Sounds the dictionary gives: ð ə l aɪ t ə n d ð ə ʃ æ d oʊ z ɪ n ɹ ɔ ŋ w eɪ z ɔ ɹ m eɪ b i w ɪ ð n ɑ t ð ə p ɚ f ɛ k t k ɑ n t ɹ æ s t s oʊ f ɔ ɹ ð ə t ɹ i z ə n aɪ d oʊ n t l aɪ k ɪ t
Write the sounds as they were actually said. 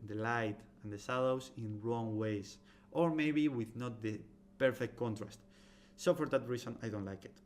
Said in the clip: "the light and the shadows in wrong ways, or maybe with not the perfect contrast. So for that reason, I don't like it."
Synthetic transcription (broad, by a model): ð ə l aɪ t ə n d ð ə s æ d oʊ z ɪ n ɹ ɔ ŋ w eɪ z ɔ ɹ m eɪ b i w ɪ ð n ɑ t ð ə p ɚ f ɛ k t k ɑ n t ɹ æ s t s oʊ f ɔ ɹ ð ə t ɹ i s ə n aɪ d oʊ n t l aɪ k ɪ t